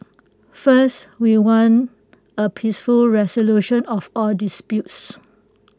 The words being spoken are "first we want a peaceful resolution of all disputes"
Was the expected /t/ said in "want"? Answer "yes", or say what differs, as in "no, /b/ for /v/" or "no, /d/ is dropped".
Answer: no, /t/ is dropped